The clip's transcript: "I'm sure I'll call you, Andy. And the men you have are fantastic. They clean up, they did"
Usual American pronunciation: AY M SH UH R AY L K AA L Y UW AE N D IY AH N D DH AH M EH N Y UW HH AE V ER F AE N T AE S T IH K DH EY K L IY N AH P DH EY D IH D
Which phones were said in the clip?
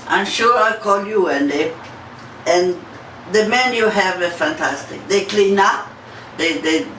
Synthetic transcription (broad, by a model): AY M SH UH R AY K AA L Y UW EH N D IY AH N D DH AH M EH N Y UW HH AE V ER F AE N T AE S T IH K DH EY K L IY N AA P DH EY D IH